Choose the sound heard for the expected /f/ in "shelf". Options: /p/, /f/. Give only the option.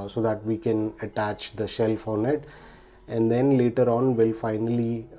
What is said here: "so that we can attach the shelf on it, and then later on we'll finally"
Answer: /f/